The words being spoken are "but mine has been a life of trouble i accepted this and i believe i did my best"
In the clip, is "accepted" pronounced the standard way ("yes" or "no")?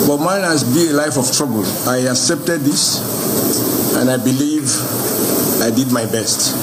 yes